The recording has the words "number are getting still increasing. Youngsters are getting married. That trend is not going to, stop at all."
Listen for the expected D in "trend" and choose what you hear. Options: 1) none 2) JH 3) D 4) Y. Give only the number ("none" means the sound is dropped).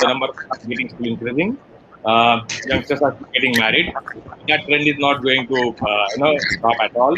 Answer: 3